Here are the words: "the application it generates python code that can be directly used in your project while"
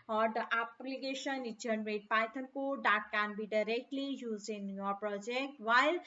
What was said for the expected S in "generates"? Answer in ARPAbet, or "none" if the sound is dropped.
none